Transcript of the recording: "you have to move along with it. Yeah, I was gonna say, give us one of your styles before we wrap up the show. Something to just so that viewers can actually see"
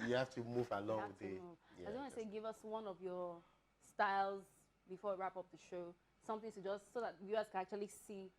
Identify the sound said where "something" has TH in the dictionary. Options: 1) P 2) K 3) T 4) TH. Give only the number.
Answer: 4